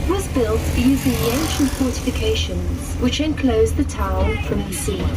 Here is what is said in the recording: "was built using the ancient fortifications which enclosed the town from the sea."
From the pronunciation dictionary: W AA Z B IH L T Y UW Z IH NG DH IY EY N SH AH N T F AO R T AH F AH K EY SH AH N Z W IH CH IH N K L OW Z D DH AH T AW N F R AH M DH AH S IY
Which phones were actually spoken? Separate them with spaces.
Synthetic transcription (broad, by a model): W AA Z B IH L T Y UW Z IH NG DH IY EY N SH AH N T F AO R T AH F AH K EY SH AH N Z W IH CH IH N K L OW Z DH AH T AW N F R AH M DH AH S IY